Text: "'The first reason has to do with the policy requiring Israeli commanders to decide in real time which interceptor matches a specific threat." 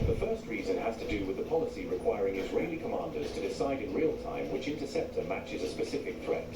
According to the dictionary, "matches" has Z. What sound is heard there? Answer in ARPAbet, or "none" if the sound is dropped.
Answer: Z